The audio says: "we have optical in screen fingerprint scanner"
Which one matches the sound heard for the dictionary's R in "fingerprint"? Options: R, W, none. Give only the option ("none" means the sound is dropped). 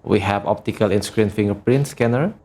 R